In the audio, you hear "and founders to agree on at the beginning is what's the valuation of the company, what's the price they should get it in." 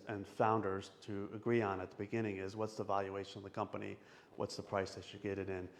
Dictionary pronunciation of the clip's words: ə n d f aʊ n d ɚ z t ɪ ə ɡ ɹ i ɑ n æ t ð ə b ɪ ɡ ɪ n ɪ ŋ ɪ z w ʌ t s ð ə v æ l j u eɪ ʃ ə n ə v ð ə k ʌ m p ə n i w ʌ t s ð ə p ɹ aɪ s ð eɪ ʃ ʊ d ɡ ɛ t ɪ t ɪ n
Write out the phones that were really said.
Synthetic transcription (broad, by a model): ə n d f aʊ n d ɚ z t ɪ ə ɡ ɹ i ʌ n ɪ t ð ə b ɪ ɡ ɪ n ɪ ŋ ɪ z w ʌ t s ð ə v æ l j u eɪ ʃ ə n ə v ð ə k ʌ m p ə n i w ʌ t s ð ə p ɹ aɪ s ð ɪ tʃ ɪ ɡ ɛ t ɪ t ɪ n